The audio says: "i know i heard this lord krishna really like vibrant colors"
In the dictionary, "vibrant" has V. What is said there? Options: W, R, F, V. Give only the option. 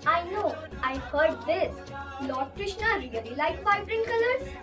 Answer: F